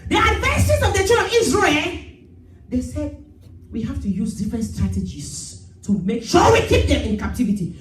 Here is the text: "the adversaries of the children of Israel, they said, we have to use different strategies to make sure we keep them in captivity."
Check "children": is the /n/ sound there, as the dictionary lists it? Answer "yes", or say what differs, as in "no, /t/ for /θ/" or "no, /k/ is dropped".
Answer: no, /n/ is dropped